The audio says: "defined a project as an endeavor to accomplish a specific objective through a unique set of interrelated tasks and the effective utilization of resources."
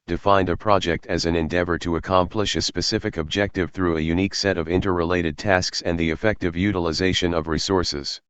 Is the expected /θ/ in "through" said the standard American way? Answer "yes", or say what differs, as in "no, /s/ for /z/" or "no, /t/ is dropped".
yes